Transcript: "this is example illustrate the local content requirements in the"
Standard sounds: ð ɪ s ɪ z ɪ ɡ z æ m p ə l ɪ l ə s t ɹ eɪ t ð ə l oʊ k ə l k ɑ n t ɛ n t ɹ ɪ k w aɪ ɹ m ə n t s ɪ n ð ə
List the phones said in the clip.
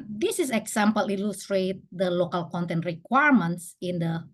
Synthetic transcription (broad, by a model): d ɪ s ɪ s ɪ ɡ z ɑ m p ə l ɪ l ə s t ɹ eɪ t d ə l oʊ k ə l k ɑ n t ɛ n t ɹ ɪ k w aɪ ɹ m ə n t s ɪ n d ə